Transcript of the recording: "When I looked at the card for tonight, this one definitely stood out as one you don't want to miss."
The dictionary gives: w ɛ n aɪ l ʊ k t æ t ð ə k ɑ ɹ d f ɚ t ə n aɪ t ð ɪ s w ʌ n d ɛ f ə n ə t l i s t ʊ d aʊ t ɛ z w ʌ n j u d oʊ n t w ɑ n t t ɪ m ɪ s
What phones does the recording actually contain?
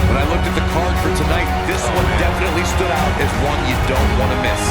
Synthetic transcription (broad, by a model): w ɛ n aɪ l ʊ k t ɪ t ð ə k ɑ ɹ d f ɚ t ə n aɪ t ð ɪ s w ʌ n d ɛ f ə n ə t l i s t ʊ d aʊ t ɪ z w ʌ n j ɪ d oʊ n t w ɑ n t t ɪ m ɪ s